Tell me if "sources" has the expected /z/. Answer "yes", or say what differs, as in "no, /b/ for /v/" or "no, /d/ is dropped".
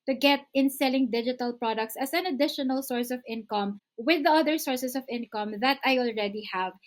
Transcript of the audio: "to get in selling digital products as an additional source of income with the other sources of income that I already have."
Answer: no, /s/ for /z/